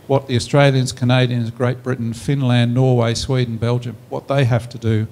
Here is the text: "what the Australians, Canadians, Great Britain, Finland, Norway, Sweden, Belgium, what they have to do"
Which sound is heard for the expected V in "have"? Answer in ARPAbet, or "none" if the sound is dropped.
F